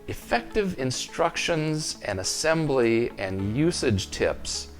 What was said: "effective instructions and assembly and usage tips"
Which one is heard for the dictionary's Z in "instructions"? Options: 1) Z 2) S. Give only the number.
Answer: 1